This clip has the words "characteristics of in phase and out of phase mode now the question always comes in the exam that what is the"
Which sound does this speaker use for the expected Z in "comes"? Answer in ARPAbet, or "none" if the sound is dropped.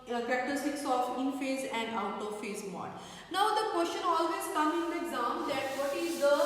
none